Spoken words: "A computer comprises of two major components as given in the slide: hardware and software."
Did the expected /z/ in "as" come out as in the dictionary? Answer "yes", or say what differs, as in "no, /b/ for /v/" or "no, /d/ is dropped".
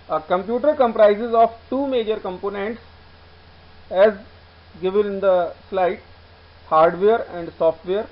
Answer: yes